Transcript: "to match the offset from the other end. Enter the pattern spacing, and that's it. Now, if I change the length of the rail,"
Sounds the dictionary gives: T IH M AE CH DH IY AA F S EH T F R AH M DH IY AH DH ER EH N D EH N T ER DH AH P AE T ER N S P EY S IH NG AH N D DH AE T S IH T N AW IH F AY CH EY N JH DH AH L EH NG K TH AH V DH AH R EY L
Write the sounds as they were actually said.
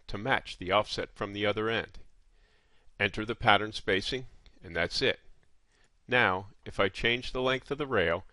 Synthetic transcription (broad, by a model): T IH M AE CH DH IY AA F S EH T F R AH M DH IY AH DH ER EH N D EH N T ER DH AH P AE T ER N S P EY S IH NG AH N DH AE T S IH T N AW IH F AY CH EY N JH DH AH L EH NG K TH AH V DH AH R EY L